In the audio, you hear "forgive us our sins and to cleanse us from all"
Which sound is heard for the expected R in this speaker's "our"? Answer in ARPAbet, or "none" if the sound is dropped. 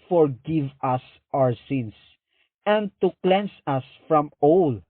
R